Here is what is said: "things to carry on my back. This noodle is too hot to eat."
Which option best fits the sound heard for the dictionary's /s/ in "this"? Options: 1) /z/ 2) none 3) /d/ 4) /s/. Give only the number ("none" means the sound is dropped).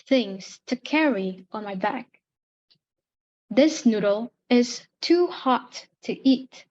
4